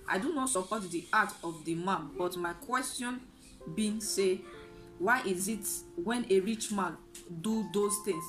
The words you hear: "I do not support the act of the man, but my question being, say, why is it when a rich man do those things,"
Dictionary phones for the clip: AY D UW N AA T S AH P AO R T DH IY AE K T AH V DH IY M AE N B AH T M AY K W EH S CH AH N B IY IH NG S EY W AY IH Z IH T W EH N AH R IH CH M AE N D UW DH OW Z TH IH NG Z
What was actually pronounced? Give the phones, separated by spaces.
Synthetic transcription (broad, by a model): AY D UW N AA T S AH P AO T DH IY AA T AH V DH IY M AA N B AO T M AY K W EH S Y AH N B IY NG S EY W AY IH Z IH T W EH N AH R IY CH M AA N D UW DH OW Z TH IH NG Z